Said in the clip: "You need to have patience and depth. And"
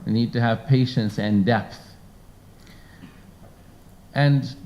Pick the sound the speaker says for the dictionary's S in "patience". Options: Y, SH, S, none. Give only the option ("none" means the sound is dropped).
S